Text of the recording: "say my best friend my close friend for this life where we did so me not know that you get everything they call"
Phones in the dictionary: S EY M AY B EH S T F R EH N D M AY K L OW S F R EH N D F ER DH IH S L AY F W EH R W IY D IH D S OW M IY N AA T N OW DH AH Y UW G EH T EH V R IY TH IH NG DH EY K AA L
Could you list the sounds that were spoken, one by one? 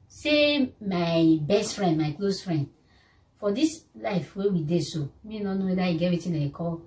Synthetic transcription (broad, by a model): S EY M AY B EH S T F R EH N D M AY K L OW S F R EH N D F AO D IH S L AY F W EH W IY D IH S OW M IY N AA N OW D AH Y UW G EH T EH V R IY T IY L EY K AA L